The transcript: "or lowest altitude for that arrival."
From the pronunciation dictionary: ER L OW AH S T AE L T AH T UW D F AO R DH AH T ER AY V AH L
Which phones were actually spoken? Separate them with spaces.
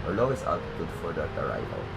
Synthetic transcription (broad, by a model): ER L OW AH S AA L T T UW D F AO R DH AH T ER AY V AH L